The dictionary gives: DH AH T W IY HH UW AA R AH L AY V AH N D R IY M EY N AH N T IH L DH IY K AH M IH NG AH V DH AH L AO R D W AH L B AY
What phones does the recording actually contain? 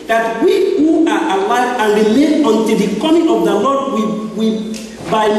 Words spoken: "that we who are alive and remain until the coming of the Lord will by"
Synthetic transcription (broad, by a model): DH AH T W IY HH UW AA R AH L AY AH N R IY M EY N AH N T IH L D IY K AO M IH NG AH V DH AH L AO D W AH W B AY